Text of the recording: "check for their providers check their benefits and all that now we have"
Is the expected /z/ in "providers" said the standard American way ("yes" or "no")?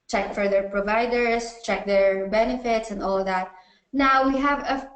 no